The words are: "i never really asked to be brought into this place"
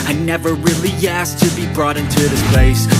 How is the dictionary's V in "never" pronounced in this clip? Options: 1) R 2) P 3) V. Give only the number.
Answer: 3